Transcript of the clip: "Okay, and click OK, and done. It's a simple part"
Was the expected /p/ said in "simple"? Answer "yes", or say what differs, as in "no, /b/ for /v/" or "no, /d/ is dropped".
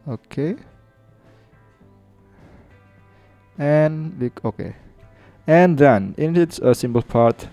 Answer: no, /b/ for /p/